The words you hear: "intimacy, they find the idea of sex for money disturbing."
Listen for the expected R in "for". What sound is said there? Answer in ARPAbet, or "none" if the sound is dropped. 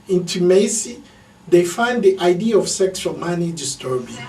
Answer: L